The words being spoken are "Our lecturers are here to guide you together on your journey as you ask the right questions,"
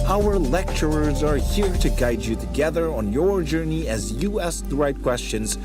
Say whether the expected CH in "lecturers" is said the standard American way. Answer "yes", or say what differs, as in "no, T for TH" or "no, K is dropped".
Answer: yes